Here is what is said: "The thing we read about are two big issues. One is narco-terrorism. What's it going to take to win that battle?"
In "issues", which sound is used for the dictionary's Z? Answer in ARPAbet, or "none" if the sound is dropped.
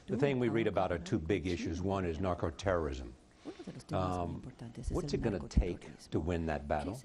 Z